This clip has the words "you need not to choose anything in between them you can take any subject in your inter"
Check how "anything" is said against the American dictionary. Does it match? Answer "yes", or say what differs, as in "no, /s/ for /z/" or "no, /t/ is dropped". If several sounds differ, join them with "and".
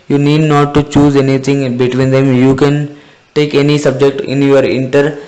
no, /t/ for /θ/